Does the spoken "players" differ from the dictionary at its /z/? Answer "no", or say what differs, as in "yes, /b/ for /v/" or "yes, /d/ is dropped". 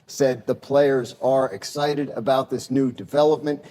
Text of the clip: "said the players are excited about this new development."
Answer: no